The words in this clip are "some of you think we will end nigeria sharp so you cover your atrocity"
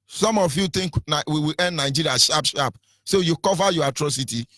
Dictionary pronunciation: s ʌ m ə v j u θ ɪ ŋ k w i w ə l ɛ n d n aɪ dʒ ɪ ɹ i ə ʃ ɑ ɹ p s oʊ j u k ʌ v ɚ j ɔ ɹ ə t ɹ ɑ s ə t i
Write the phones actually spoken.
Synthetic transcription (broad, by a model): s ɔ m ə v j u t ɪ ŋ k w i w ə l ɛ n d n aɪ dʒ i ɹ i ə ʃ ɑ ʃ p s oʊ j u k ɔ v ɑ j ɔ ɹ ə t ɹ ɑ s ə t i